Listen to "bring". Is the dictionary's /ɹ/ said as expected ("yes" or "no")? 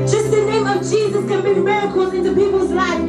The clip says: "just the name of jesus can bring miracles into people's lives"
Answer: no